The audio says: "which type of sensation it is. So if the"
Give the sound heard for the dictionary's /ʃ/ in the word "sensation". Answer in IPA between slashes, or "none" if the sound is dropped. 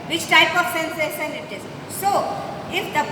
/s/